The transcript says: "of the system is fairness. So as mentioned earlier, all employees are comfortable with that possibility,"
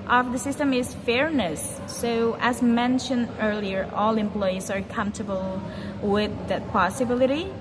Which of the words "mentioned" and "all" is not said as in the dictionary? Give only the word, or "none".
none